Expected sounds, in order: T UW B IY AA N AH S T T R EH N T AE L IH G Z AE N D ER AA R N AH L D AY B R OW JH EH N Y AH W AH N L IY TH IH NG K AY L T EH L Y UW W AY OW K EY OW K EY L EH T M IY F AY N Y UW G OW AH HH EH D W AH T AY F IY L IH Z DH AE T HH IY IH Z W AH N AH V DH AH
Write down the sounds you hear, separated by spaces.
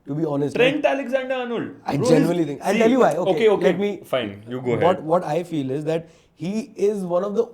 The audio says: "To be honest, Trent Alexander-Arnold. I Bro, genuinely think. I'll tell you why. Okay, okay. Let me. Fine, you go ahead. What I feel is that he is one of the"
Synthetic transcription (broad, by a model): T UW B IY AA N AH S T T R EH N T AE L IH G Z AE N D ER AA N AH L AY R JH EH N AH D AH L IY T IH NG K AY N T EH L Y UW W AY OW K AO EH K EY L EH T M IY F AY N Y UW G OW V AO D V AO T AY F IY L IH Z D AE T HH IY IH Z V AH N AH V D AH